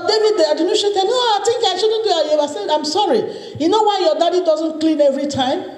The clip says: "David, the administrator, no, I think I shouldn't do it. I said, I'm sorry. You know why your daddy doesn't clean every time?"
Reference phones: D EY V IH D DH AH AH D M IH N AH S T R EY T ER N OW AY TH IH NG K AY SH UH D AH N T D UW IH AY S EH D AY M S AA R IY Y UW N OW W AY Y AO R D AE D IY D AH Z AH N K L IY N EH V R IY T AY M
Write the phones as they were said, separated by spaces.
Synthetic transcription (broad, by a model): D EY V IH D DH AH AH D IH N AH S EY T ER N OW AY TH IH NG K AY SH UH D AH N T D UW IH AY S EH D AY M S AA R IY Y UW N OW W AY Y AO D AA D IY D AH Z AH N K L IY N EH V R IY T AY M